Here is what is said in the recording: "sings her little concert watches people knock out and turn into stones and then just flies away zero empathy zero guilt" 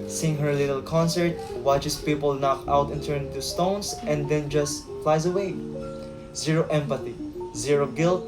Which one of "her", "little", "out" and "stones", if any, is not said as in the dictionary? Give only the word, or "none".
stones